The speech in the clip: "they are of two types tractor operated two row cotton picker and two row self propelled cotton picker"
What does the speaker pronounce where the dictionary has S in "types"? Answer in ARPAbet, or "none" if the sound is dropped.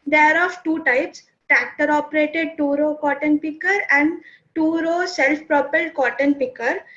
S